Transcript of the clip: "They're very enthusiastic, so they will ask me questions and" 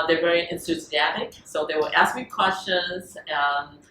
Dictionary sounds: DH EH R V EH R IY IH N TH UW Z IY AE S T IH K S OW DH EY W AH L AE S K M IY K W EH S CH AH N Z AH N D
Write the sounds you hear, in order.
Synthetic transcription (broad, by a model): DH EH R V EH R IY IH N T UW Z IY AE T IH K S OW DH EY W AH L AE S K M IY K W EH S CH AH N Z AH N